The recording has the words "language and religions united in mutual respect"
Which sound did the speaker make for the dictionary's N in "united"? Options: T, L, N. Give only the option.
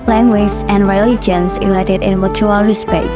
L